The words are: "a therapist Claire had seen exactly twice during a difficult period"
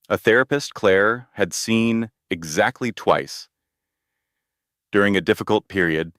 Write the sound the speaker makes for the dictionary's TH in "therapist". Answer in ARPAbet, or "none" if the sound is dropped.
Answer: TH